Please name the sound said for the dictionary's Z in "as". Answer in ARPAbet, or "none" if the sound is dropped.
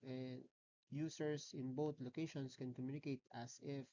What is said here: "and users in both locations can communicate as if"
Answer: S